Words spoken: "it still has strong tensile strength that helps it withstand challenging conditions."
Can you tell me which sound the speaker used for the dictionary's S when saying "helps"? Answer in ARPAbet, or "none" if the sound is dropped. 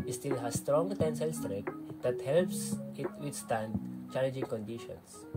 S